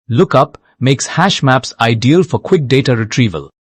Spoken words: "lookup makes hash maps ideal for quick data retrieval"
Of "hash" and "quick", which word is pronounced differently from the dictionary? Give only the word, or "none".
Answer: none